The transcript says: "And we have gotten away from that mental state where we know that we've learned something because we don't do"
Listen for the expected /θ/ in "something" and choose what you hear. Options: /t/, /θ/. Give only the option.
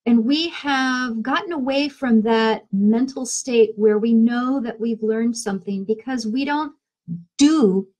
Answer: /θ/